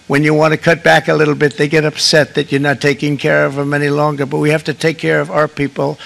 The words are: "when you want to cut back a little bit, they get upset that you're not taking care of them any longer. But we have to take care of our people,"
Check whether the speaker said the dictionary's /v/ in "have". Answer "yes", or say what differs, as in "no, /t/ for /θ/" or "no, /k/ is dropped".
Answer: no, /f/ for /v/